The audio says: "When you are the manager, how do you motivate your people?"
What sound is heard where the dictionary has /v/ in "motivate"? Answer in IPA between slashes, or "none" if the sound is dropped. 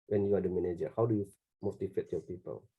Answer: /f/